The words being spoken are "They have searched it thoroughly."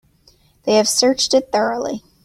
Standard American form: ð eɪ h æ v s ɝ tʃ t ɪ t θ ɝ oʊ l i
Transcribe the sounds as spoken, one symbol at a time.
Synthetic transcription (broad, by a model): ð eɪ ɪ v s ɝ tʃ t ɪ t θ ɝ oʊ l i